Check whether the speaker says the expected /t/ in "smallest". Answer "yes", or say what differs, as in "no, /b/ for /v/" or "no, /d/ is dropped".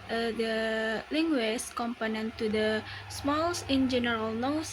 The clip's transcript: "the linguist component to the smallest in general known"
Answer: no, /t/ is dropped